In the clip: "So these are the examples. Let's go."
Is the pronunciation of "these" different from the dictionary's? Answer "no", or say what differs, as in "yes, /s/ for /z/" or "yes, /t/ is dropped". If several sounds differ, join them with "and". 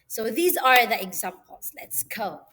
no